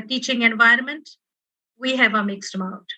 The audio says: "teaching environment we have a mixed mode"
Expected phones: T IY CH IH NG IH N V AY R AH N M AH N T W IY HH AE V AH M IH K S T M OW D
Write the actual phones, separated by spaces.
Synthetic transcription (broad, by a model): T IY CH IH NG IH N V AY R AH N M AH N T W IY HH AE V AH M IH K S T M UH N